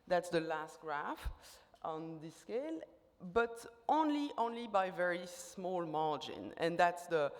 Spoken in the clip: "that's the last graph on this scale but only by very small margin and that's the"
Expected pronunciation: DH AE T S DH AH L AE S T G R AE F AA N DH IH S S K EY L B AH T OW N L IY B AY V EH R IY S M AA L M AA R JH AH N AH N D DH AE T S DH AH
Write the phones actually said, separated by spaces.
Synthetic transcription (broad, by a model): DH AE T S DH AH L AE S T G R AE F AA N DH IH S S K EY L B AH T OW N L IY B AY V EH R IY S M AA L M AA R JH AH N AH N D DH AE T S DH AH